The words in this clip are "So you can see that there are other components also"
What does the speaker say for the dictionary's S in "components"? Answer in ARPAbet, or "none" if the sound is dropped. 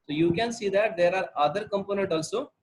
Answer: none